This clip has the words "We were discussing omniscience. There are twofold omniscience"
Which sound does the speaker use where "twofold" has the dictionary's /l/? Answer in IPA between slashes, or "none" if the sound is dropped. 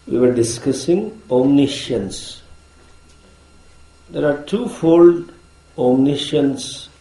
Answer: /l/